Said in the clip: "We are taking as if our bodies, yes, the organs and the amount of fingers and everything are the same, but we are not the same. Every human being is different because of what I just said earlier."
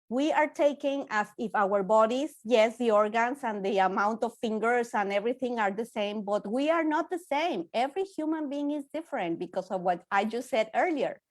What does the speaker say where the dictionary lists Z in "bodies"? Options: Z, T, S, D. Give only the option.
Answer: S